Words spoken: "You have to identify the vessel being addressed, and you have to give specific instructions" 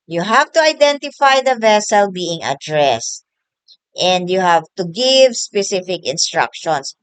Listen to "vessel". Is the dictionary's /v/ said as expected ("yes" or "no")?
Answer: yes